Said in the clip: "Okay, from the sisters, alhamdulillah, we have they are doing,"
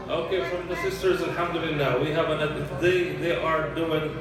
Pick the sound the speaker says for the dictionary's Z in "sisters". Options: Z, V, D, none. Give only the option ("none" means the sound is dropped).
Z